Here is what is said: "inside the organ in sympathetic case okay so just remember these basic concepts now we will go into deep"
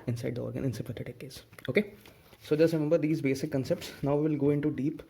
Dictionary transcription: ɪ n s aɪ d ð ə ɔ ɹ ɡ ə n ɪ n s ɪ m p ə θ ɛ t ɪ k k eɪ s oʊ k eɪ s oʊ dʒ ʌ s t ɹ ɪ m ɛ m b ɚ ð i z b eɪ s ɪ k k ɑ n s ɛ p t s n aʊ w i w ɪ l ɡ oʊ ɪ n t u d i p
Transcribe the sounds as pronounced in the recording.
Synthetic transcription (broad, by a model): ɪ n s aɪ d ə ɔ ɹ ɡ ə n ɪ n s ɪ p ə t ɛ t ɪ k k eɪ s oʊ k eɪ s oʊ dʒ ʌ s t ɹ ɪ m ɛ m b ɚ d i z b eɪ s ɪ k k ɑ n s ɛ p t s n aʊ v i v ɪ l ɡ oʊ ɪ n t u d i p